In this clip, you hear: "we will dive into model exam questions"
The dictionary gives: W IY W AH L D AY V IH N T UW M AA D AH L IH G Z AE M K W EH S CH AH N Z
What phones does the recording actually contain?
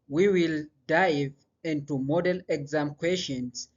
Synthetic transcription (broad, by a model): W IY W AH L D AY V IH N T UW M AA D AH L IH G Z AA M K W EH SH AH N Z